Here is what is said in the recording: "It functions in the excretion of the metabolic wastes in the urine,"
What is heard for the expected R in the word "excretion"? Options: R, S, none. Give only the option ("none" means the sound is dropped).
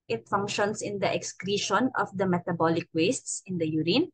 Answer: R